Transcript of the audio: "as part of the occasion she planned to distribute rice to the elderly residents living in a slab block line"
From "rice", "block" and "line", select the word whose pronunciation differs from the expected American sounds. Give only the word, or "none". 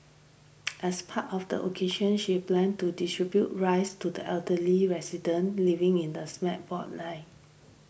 block